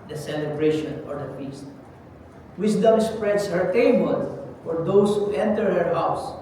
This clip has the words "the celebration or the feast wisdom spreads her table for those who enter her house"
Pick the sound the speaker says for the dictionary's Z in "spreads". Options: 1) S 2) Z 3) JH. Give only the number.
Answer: 1